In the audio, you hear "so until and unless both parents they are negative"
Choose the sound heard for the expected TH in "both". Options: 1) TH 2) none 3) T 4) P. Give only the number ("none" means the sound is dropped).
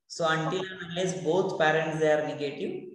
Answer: 3